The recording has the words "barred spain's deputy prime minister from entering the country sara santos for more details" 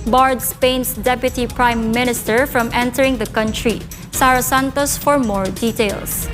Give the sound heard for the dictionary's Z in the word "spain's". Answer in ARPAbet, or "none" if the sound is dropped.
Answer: S